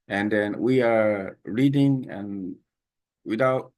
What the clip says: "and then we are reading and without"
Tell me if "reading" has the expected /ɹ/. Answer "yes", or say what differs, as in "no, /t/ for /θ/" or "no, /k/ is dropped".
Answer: yes